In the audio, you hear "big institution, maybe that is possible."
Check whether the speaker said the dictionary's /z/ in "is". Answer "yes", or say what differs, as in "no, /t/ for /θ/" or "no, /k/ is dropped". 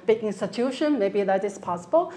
no, /s/ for /z/